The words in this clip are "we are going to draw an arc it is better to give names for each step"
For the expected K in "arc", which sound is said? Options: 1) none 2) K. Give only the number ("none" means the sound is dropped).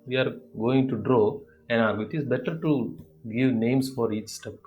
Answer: 1